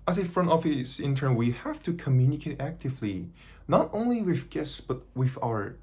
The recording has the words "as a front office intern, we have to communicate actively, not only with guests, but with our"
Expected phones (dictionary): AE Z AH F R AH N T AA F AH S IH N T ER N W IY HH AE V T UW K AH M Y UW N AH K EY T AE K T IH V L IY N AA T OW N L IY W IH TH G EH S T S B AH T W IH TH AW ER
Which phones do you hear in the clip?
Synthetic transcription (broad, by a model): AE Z AH F R AH N T AA F AH S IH N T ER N W IY HH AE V T UW K AH M Y UW N AH K EY T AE K T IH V L IY N AA T OW N L IY W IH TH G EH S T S B AH T W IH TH AW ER